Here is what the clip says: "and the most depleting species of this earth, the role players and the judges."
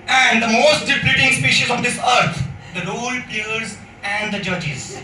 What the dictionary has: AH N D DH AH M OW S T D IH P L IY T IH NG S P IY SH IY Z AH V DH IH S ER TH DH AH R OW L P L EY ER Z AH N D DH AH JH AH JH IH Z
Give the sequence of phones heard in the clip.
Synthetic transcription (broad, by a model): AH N D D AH M OW S T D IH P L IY T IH NG S P IY SH IY Z AH V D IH S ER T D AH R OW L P IY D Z AH N D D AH JH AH JH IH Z